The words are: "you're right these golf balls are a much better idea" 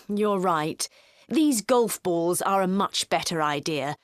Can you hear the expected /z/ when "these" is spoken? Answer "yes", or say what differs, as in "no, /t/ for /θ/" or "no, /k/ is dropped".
yes